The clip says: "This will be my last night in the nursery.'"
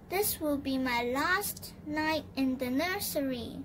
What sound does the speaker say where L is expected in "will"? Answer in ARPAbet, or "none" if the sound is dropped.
L